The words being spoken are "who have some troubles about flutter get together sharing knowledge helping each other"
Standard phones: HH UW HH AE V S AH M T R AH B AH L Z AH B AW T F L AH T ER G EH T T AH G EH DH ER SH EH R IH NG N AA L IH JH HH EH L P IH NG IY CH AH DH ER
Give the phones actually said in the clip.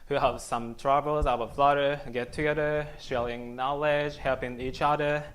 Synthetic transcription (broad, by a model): HH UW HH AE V S AH M T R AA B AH L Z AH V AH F L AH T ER G EH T T AH G EH DH ER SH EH L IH NG N AA L IH JH HH EH L P IH NG IY CH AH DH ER